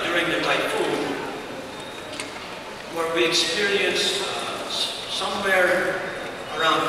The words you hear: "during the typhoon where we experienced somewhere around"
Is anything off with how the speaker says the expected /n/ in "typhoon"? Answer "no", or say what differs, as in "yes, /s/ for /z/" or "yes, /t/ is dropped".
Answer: yes, /l/ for /n/